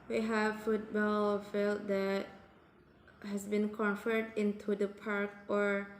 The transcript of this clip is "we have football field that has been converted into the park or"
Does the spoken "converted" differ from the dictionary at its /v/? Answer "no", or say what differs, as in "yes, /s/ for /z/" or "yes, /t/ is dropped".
yes, /f/ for /v/